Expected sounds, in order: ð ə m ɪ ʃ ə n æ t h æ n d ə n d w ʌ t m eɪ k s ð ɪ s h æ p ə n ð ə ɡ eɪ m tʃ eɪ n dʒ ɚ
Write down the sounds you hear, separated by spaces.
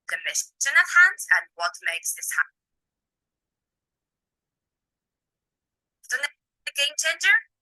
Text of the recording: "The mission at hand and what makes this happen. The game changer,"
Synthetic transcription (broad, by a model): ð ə m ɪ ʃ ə n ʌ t h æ n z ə n w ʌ t m eɪ k s ð ɪ s h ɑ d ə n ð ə ɡ eɪ m tʃ eɪ n dʒ ɚ